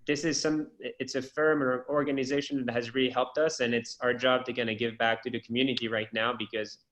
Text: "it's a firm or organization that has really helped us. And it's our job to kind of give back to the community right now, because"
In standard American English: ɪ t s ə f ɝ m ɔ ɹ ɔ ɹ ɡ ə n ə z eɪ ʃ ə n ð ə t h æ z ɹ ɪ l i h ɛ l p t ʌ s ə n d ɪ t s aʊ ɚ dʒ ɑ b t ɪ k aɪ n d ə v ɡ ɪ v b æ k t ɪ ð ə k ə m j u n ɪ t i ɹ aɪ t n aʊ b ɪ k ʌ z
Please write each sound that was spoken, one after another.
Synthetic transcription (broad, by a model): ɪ t s ə f ɝ m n ɔ ɹ ɡ ə n ə z eɪ ʃ ə n ð ə t h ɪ z ɹ ɪ l i h ɛ l p t ʌ s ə n ɪ t s aʊ ɚ dʒ ɑ b t ɪ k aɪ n ə ɡ ɪ v b æ k t ɪ ð ə k m j u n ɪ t i ɹ aɪ t n aʊ b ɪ k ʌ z